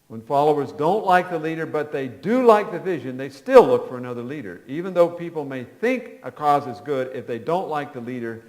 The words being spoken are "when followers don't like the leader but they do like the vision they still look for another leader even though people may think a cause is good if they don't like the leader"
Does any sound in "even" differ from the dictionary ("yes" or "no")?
no